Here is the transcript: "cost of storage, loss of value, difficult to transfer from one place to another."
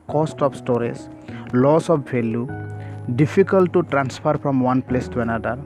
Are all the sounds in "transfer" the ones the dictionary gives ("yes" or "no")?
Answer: no